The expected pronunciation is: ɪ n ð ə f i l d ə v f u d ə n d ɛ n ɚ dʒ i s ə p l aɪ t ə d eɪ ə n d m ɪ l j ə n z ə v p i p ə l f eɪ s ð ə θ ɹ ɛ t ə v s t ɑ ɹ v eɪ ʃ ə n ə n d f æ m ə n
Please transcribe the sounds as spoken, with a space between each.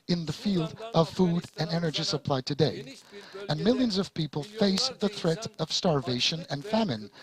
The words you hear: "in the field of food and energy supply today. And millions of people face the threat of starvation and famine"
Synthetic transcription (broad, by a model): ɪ n ð ə f i l d ə v f u d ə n ɛ n ɚ dʒ i s ə p l aɪ t ə d eɪ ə n m ɪ l j ə n z ə v p i p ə l f eɪ s ð ə θ ɹ ɛ t ə v s t ɑ ɹ v eɪ ʃ ə n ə n f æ m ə n